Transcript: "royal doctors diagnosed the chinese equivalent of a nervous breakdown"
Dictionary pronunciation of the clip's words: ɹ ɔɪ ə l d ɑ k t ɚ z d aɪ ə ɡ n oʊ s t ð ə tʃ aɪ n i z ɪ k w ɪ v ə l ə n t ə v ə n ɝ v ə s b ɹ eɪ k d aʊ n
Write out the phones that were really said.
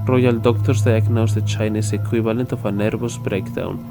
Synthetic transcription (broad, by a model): ɹ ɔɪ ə l d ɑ k t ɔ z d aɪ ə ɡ n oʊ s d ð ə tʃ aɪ n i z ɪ k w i b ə l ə n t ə f ə n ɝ b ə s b ɹ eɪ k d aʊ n